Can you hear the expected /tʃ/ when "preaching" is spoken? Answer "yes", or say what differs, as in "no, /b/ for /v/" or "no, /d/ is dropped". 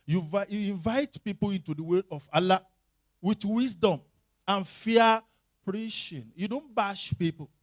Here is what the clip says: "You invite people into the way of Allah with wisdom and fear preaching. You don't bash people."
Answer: no, /ʃ/ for /tʃ/